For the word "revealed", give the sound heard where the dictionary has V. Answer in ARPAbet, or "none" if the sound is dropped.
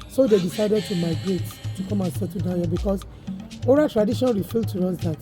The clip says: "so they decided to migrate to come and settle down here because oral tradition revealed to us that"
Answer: F